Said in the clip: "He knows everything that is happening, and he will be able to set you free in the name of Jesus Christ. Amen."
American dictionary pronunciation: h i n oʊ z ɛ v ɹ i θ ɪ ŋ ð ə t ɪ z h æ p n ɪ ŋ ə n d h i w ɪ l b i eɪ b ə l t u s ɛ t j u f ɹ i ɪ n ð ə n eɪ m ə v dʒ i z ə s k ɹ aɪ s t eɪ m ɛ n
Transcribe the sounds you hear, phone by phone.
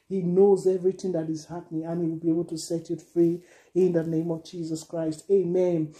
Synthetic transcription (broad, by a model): h i n oʊ z ɛ v ɹ i θ ɪ ŋ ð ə t ɪ z h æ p n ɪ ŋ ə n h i w ɪ l b i eɪ b ə l t u s ɛ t j u f ɹ i ɪ n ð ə n eɪ m ə v dʒ i z ə s k ɹ aɪ s t eɪ m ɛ n